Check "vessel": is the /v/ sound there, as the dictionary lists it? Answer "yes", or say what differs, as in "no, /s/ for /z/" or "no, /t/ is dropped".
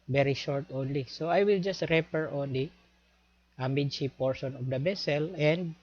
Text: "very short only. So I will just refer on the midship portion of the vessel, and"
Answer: no, /b/ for /v/